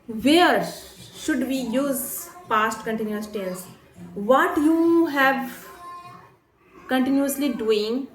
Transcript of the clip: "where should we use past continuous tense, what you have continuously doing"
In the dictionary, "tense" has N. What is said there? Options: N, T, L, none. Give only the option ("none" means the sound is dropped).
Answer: L